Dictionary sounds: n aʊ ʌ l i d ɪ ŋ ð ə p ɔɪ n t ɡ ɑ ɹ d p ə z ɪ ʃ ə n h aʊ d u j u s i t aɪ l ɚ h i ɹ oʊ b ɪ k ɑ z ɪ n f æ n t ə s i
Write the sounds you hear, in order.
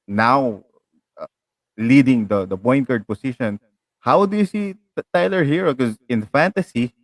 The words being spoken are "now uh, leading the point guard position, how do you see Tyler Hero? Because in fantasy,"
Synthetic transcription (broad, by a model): n aʊ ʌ l i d ɪ ŋ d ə b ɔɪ n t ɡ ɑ ɹ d p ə s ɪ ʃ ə n h aʊ d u j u s i t aɪ l ɚ h i ɹ oʊ k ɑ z ɪ n f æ n t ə s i